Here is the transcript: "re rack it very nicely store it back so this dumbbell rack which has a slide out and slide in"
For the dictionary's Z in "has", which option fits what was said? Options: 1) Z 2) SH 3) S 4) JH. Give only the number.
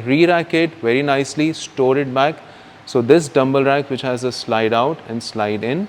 1